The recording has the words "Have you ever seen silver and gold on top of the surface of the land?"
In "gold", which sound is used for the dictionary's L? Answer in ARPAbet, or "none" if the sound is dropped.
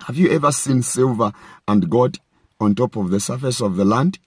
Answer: none